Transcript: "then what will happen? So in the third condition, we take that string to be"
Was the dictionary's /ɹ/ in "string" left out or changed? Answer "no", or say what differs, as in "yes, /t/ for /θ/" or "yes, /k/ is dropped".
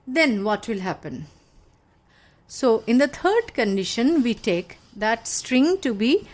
no